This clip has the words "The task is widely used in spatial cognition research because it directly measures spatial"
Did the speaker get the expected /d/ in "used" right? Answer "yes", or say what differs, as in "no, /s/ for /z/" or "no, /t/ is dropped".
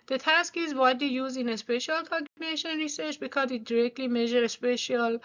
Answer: no, /d/ is dropped